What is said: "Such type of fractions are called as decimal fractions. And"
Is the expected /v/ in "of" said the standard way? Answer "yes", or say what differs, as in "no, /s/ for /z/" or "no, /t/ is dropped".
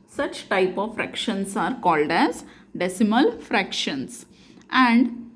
yes